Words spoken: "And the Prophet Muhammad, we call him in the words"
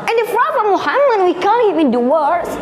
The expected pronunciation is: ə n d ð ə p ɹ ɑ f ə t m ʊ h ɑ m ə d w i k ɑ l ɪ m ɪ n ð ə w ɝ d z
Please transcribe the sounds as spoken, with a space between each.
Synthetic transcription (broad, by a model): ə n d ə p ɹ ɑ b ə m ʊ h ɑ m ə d w i k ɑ n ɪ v ɪ n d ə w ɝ